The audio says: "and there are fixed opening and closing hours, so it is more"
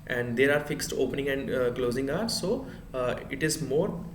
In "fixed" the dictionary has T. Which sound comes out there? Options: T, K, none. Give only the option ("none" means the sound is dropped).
T